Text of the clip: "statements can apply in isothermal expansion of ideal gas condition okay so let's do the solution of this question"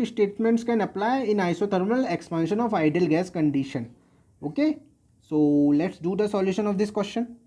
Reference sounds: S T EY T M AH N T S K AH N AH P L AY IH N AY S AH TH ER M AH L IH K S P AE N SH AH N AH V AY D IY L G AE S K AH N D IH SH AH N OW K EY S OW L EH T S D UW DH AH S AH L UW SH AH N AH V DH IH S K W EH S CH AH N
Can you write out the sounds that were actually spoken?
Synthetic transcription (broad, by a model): S T EY T M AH N T S K AH N AH P L AY IH N AY S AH T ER M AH L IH K S P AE N SH AH N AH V AY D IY L G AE S K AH N D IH SH AH N OW K EY S OW L EH T S D UW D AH S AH L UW SH AH N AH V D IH S K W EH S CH AH N